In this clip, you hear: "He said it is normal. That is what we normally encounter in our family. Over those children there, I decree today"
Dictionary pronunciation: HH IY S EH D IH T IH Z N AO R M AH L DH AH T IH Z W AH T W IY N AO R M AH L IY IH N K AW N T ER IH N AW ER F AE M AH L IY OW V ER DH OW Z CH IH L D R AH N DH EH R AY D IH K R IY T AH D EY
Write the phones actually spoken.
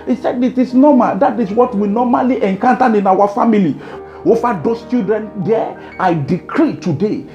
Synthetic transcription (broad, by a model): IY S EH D IH T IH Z N AO M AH L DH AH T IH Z W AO T W IY N AO M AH L IY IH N K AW N T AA IH N AW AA F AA M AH L IY OW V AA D OW S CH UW D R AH N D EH AY D IH K R IY T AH D EY